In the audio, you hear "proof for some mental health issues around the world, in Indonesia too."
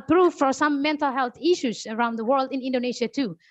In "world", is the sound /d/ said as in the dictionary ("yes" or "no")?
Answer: yes